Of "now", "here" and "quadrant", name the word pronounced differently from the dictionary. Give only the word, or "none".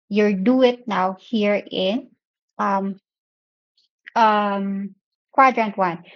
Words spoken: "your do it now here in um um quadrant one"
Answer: none